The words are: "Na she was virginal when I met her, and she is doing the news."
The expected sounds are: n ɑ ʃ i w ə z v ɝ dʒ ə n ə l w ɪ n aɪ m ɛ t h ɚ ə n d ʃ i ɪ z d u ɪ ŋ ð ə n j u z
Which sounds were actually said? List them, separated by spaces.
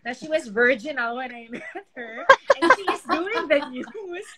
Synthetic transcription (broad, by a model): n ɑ ʃ i w ə z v ɝ dʒ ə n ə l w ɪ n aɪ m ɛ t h ɚ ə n ʃ i ɪ z d u ɪ ŋ ð ə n j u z